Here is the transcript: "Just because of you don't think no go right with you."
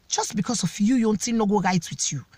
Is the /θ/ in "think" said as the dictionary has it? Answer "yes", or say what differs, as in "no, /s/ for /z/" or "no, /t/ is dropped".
no, /t/ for /θ/